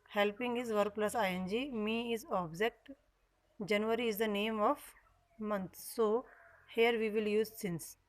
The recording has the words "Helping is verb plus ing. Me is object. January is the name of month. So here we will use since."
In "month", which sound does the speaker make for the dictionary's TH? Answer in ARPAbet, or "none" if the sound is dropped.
T